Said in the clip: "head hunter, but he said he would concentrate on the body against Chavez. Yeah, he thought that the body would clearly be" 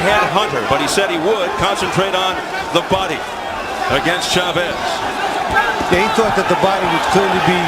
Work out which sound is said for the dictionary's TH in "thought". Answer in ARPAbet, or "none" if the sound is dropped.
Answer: TH